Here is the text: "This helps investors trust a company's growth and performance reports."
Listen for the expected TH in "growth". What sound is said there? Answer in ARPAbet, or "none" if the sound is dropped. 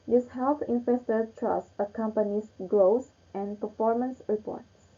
S